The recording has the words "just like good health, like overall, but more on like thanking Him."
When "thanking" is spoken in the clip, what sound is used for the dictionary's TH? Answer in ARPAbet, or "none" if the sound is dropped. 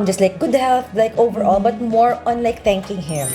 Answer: T